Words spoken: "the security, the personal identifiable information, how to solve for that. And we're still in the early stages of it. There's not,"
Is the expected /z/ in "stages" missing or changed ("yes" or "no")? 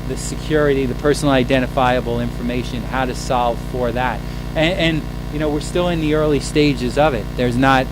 no